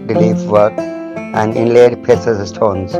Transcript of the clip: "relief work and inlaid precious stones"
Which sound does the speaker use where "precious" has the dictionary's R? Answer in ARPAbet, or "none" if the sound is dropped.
none